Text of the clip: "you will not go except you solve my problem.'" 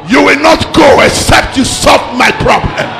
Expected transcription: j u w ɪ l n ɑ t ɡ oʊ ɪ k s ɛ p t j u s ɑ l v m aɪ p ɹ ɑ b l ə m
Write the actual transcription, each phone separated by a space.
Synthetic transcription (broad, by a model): j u w ɪ l n ɑ t ɡ oʊ ɪ k s ɛ p t j u s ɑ l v m aɪ p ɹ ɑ b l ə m